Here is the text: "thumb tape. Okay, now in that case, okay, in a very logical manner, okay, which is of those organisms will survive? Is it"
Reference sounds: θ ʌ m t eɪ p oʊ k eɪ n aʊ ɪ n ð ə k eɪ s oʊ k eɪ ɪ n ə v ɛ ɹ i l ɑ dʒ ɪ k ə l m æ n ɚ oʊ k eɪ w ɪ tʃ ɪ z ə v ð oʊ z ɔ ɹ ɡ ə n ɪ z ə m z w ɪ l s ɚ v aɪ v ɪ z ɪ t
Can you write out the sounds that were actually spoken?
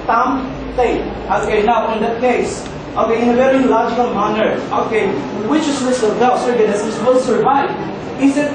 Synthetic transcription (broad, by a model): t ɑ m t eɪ oʊ k eɪ n aʊ ɪ n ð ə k eɪ s oʊ k eɪ ɪ n ə v ɛ ɹ i l ɑ dʒ ɪ k ə l m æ n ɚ oʊ k eɪ w ɪ tʃ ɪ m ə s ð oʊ s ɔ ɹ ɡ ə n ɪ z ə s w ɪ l s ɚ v aɪ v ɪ s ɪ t